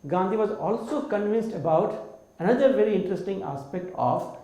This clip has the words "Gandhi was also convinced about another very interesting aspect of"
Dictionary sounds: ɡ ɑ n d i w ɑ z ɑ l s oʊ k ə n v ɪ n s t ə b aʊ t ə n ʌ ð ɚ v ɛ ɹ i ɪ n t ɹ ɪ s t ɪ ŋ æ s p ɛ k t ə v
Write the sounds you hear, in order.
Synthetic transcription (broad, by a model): ɡ ɑ n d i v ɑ z ɑ l s oʊ k ə n v ɪ n s t ə b aʊ t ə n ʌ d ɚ v ɛ ɹ i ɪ n t ɹ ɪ s t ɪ ŋ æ s p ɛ k t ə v